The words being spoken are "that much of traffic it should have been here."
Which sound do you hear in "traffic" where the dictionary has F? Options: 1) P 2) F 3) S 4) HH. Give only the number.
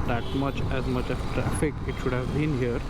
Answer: 2